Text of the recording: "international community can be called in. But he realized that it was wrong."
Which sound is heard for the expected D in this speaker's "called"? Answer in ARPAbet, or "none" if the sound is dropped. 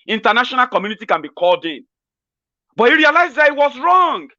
D